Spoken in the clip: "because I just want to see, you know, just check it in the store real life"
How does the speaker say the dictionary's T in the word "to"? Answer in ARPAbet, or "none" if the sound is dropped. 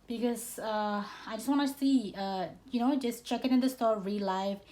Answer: S